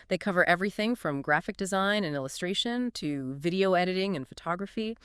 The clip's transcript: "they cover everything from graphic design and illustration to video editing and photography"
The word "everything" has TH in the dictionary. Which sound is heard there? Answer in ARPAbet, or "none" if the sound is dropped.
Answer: TH